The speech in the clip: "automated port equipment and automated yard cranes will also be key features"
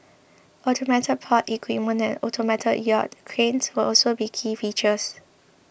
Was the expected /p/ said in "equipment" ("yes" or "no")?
no